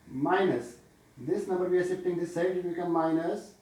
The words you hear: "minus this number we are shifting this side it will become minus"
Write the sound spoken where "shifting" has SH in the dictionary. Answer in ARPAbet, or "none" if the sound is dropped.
S